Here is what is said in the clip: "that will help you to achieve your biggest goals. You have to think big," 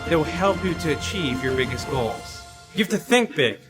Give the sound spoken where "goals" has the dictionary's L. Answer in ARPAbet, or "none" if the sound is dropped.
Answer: L